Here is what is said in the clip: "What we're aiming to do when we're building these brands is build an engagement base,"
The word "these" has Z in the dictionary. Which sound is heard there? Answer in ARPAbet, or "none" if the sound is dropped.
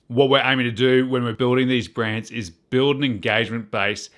Z